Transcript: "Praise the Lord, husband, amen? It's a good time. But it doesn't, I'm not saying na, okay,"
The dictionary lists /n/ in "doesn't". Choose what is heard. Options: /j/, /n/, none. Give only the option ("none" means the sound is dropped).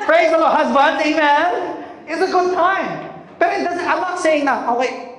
none